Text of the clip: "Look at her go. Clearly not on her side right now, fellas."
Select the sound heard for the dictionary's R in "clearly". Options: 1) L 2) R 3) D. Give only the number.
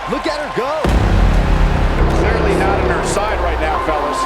2